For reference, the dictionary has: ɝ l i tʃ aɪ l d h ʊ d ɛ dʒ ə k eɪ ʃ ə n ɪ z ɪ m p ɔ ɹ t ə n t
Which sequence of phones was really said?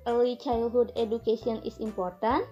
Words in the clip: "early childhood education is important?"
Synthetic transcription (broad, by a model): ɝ l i tʃ aɪ l h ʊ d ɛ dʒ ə k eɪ s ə n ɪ s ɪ m p ɔ ɹ t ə n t